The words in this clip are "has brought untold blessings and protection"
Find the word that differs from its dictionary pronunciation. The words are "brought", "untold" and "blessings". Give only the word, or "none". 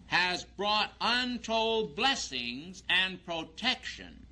none